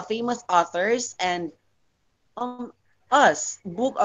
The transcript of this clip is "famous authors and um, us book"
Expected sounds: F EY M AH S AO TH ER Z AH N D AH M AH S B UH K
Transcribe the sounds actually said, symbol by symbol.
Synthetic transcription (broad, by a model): F EY M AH S AO TH ER Z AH N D AH M AH S B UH K